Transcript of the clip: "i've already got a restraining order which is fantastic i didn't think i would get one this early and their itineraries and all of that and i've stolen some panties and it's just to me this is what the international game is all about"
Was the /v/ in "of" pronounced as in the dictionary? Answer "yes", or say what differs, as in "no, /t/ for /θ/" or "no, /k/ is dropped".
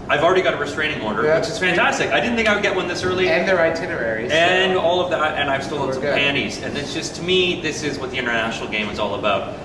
yes